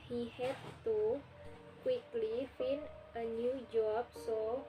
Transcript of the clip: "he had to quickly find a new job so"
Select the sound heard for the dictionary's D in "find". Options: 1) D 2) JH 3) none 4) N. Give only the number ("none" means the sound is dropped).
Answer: 3